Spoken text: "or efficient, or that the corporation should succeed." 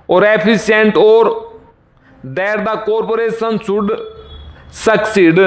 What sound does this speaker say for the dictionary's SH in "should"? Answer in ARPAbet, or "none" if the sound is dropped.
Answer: S